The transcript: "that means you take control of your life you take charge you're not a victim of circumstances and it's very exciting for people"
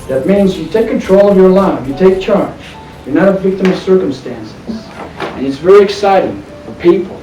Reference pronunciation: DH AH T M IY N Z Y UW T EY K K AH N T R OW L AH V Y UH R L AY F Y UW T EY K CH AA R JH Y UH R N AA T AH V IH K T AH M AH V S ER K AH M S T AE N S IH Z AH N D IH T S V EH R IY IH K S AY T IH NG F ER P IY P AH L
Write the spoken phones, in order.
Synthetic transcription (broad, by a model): DH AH T M IY N Z Y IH T EY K K AH N T R OW L AH V Y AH R L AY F Y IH T EY K CH AA R JH Y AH R N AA T AH V IH K T AH M AH V S ER K AH M S T AE N S IH Z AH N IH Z V EH R IY IH K S AY T IH NG F ER P IY P L